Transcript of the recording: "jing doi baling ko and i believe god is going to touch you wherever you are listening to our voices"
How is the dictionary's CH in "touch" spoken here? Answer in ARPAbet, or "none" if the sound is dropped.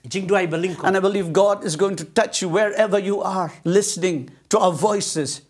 CH